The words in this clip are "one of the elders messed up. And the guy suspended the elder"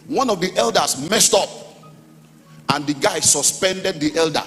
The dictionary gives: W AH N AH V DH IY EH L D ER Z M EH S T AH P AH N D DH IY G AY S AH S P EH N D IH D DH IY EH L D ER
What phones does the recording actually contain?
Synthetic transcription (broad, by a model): W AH N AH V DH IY EH L D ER S M EH S T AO P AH N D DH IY G AY S AH S P EH N D IH D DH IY EH L D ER